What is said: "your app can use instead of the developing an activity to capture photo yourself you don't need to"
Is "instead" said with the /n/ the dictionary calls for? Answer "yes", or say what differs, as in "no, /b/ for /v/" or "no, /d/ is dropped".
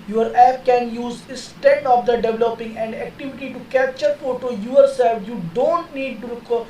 no, /n/ is dropped